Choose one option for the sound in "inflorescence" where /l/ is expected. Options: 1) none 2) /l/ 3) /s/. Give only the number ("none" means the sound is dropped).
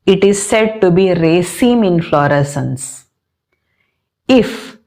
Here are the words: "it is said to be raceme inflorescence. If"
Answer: 2